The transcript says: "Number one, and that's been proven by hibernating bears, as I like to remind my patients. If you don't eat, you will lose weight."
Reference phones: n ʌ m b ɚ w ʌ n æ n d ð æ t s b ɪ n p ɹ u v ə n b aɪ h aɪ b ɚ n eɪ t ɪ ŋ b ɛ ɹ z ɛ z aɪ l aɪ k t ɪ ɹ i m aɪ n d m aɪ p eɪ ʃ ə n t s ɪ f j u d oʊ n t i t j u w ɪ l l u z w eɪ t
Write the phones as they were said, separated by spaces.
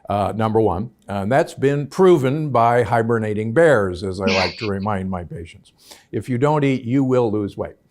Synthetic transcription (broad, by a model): n ʌ m b ɚ w ʌ n n ð æ t s b ɪ n p ɹ u v ə n b aɪ h aɪ b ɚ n eɪ t ɪ ŋ b ɛ ɹ z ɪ z aɪ l aɪ k t ɪ ɹ i m aɪ n d m aɪ p eɪ ʃ ə n t s ɪ f j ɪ d oʊ n t i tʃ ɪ w ɪ l l u z w eɪ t